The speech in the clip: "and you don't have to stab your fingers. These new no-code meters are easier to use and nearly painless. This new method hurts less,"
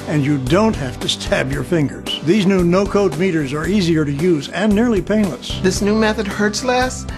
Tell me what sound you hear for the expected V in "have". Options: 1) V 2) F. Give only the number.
2